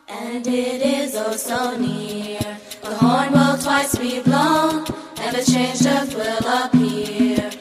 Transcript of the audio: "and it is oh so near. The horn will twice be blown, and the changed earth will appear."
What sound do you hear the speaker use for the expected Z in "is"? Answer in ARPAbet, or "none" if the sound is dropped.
Z